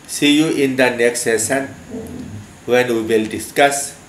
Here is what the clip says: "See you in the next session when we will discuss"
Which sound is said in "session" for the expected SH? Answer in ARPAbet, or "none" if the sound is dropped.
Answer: S